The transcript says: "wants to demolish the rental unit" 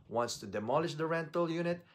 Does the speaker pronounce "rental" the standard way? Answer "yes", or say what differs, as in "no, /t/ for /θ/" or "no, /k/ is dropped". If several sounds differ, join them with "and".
yes